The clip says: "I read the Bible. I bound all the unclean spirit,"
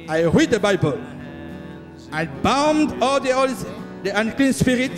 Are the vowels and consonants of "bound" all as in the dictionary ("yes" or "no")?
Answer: yes